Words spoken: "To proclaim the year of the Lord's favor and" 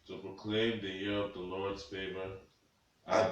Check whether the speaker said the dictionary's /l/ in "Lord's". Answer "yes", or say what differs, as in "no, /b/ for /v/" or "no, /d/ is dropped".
yes